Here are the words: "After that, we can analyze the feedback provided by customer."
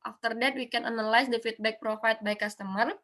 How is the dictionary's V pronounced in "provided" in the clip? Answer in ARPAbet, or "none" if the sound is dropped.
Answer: F